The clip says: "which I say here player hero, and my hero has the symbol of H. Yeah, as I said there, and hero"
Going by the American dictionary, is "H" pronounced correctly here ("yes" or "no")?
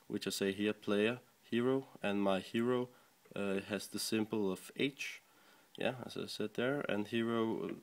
yes